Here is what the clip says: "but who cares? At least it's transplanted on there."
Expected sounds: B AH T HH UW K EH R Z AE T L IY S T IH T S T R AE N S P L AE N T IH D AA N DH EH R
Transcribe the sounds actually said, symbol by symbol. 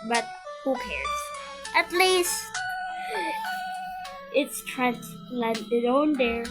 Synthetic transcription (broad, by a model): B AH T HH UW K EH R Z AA T L IY S T IH T S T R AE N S L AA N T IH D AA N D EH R